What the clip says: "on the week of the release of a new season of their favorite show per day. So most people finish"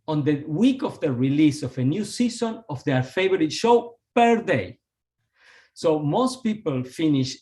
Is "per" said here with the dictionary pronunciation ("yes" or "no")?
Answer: yes